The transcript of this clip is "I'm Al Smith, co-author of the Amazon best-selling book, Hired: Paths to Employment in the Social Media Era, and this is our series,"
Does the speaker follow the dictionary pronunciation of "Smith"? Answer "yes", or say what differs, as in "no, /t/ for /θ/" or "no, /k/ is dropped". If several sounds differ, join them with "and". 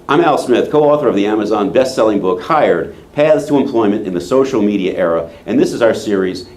yes